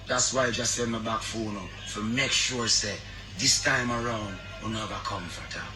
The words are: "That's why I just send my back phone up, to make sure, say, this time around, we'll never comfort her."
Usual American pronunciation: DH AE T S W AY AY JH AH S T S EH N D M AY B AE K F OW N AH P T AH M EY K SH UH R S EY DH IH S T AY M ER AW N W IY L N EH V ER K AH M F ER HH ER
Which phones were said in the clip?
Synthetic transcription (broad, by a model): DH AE T S W AY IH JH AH S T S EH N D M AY B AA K F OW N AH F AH M EY K SH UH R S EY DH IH S T AY M ER AW N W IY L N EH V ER K AH M F ER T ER